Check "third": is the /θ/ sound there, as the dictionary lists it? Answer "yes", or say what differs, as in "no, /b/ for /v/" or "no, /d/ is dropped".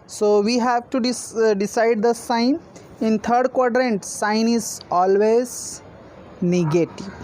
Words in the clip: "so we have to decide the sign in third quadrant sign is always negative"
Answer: no, /t/ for /θ/